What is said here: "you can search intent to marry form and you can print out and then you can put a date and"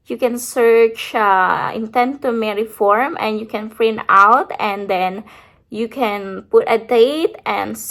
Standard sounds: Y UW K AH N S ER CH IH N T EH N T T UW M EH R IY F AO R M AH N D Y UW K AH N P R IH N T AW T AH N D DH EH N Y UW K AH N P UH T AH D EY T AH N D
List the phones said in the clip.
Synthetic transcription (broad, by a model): Y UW K AH N S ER CH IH N T EH N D T UW M EH R IY F AO R M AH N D Y UW K AH N F R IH N AW T AH N D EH N Y UW K AH N P UH T AH D EY T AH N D